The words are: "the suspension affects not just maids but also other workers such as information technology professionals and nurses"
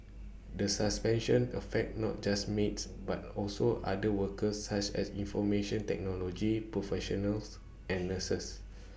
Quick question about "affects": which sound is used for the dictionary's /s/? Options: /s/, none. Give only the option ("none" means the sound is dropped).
none